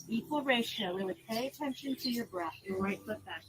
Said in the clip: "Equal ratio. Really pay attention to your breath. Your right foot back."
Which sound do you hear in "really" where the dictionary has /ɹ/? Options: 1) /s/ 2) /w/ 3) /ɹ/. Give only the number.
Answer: 2